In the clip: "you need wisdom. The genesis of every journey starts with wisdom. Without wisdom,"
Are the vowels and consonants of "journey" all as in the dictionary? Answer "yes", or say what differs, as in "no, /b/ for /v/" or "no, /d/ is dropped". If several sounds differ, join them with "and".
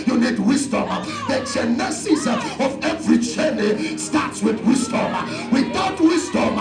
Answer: no, /tʃ/ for /dʒ/